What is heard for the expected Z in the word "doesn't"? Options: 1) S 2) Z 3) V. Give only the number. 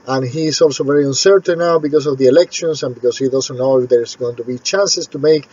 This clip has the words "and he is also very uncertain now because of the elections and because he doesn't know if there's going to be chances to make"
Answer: 1